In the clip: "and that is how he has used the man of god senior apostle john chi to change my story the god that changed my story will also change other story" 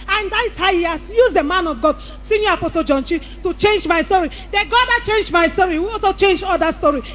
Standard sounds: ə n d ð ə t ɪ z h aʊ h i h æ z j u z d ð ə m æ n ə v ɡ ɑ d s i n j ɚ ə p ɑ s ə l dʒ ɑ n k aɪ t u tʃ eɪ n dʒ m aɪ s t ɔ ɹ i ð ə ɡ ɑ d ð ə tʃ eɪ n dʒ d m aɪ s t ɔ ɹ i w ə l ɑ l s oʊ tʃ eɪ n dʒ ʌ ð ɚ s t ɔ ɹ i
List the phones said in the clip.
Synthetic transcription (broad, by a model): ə n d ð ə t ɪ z h aʊ h i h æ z j u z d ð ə m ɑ n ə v ɡ ɑ d s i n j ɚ ə p ɑ s ə l dʒ ɑ n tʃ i t u tʃ eɪ n dʒ m aɪ s t ɔ ɹ i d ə ɡ ɑ d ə tʃ eɪ n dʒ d m aɪ s t ɔ ɹ i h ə w ɑ l s oʊ tʃ eɪ n dʒ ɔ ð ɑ s t ɔ ɹ i